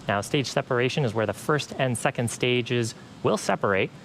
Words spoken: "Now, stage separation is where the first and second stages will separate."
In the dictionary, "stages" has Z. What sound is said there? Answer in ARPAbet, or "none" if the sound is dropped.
Z